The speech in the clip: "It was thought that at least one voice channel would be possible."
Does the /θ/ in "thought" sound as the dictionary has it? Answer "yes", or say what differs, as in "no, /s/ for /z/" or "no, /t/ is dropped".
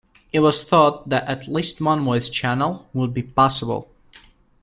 yes